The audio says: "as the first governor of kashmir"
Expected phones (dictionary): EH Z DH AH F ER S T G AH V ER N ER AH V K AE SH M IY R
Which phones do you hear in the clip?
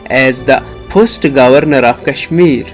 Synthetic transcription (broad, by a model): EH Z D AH P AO S T G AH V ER N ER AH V K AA SH M IY R